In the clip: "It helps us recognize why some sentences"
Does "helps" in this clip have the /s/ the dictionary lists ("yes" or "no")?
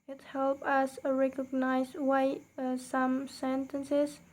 no